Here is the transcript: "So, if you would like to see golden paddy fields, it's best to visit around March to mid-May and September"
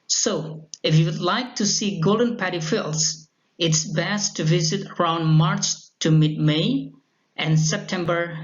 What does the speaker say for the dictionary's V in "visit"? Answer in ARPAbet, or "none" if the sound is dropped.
V